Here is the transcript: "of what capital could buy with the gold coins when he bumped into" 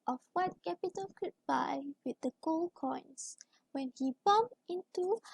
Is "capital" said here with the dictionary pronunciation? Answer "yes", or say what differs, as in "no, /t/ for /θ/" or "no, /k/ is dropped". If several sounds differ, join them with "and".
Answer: no, /n/ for /l/